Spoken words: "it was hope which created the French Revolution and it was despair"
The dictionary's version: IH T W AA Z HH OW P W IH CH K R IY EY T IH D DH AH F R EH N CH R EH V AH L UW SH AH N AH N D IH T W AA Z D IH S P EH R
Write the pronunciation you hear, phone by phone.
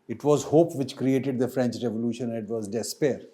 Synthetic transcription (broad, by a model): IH T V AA Z HH OW P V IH CH K R IY EY T IH D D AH F R EH N CH R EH V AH L UW SH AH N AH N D IH T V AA Z D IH S P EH R